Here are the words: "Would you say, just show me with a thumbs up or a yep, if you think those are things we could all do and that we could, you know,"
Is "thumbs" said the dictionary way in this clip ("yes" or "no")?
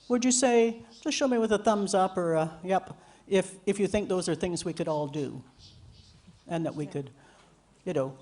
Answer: yes